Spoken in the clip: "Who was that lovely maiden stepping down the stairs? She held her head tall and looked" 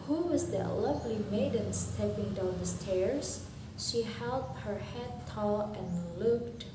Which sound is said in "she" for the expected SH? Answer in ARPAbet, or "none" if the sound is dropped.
SH